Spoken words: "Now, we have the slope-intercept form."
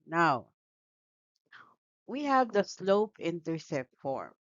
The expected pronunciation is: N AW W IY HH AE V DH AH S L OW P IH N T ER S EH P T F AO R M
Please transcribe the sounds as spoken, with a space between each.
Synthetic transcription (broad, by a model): N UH W IY HH AE V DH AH S L OW P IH N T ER S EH T F AO R M